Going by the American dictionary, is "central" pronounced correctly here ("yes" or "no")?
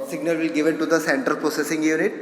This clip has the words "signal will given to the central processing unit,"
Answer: no